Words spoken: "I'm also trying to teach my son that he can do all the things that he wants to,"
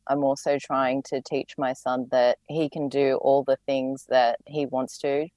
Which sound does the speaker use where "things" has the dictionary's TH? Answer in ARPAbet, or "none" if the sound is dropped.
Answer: TH